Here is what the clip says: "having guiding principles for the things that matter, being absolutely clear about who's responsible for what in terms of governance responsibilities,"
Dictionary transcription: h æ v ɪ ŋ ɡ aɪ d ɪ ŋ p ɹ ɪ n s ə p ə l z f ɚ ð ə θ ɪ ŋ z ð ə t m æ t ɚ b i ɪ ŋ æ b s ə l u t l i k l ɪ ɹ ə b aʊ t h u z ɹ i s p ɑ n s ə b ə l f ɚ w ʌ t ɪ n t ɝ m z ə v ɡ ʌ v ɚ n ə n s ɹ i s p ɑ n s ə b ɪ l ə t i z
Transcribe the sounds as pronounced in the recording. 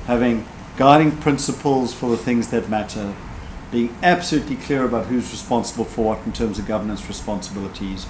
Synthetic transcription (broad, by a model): h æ v ɪ ŋ ɡ aɪ d ɪ ŋ p ɹ ɪ n s ə p ə l z f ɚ ð ə θ ɪ ŋ z ð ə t m æ t ɚ b i ɪ ŋ æ b s ə l u t l i k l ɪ ɹ ə b aʊ t h u z ɹ i s p ɑ n s ə b ə l f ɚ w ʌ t n t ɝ m z ə v ɡ ʌ v ɚ n ə n s ɹ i s p ɑ n s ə b ɪ l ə t i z